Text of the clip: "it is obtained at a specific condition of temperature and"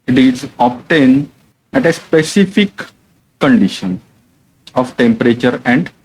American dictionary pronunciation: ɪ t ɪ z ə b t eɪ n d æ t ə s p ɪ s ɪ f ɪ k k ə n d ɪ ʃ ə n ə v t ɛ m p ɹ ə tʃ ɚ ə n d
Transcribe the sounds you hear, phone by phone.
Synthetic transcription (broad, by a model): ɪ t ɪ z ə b t eɪ n æ t ə s p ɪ s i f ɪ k k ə n d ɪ ʃ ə n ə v t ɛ m p ɹ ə tʃ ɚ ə n d